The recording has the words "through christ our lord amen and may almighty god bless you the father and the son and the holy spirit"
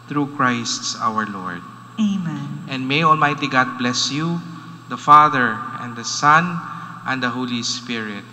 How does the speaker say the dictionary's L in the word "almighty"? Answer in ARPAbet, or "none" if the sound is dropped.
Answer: L